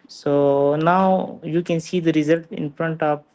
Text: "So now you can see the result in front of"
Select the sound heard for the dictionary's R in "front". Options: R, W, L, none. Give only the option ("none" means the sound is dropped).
R